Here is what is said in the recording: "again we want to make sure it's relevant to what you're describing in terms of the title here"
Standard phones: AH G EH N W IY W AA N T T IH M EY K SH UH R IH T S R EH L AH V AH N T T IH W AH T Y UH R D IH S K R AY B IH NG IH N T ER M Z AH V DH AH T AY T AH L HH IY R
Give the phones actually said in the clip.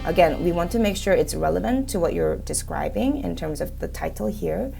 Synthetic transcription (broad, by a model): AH G EH N W IY W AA N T T IH M EY K SH UH R IH T S R EH L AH V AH N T T IH W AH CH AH R D IH S K R AY B IH NG IH N T ER M Z AH V DH AH T AY T L HH IY R